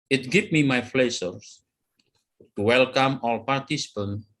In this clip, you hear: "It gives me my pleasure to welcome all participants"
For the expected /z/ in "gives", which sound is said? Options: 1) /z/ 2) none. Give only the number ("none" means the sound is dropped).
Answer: 2